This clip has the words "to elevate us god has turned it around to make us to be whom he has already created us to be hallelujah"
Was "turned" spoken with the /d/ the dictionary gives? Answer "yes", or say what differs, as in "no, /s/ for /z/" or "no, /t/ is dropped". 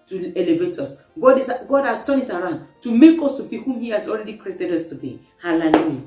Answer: no, /d/ is dropped